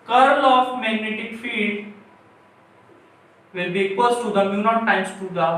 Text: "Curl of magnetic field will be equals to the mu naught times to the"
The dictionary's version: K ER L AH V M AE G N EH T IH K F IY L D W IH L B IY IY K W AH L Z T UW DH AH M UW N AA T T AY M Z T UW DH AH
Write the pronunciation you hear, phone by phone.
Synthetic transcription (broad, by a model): K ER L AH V M AE G N EH T IH K F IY D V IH L B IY IY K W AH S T T UW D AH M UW N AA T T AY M S T UW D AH